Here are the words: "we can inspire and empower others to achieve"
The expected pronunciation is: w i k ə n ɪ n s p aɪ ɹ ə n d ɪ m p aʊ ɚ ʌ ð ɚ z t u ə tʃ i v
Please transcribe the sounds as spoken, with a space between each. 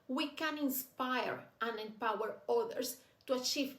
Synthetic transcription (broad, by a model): w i k ə n ɪ n s p aɪ ɹ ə n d ɪ m p aʊ ɚ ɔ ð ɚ s t u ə tʃ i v